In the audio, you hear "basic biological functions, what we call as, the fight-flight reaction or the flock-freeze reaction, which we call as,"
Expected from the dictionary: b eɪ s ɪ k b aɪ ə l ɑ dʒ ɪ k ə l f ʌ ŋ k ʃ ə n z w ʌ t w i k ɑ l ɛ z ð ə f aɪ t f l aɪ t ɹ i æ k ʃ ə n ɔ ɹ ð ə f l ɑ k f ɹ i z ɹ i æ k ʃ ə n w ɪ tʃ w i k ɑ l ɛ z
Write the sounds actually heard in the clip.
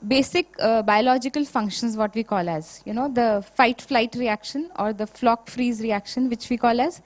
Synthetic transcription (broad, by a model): b eɪ s ɪ k b aɪ ə l ɑ dʒ ɪ k ə l f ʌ ŋ k ʃ ə n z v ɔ t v i k ɑ l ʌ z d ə f aɪ t f l aɪ t ɹ i æ k ʃ ə n ɔ ɹ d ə f l ɑ k f ɹ i z ɹ i æ k ʃ ə n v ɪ tʃ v i k ɑ l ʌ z